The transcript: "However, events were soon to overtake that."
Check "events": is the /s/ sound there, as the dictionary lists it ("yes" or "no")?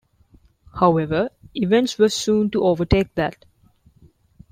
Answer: yes